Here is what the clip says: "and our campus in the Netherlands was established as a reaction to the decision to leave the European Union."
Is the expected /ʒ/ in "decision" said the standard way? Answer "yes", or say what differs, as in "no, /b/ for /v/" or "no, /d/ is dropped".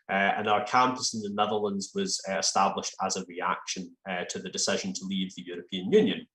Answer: yes